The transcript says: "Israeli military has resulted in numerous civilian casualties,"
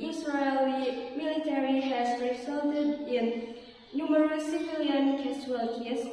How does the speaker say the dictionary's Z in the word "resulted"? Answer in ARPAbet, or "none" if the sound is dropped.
S